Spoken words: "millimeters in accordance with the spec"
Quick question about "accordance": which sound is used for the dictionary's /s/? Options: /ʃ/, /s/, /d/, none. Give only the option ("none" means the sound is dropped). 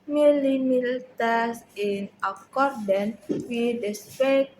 none